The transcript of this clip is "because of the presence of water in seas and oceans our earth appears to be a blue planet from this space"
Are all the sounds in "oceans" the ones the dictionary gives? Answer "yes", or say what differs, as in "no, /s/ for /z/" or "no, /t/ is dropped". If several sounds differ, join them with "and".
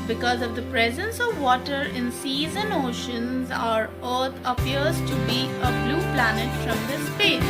yes